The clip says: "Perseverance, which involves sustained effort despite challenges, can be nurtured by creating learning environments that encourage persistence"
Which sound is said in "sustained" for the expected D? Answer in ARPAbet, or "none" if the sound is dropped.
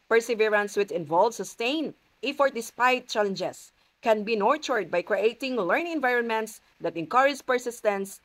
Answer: none